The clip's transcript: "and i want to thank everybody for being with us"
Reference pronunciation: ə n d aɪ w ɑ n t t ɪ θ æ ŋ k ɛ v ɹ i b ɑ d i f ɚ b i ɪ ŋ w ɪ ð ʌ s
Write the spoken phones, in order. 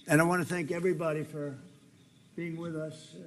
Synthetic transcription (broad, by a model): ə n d aɪ w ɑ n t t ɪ θ æ ŋ k ɛ v ɹ i b ɑ d i f ɚ b i ɪ ŋ w ɪ ð ʌ s